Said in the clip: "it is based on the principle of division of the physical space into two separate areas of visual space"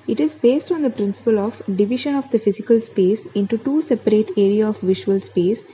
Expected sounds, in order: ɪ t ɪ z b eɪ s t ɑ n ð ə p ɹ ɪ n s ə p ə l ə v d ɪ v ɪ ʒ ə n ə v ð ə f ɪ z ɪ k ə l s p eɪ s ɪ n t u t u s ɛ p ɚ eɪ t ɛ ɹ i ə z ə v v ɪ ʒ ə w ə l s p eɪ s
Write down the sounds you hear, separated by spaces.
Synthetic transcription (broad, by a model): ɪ t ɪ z b eɪ s t ɑ n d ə p ɹ ɪ n s ə p ə l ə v d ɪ v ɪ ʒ ə n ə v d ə f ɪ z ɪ k ə l s p eɪ s ɪ n t u t u s ɛ p ɚ eɪ t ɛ ɹ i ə ə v v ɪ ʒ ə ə l s p eɪ s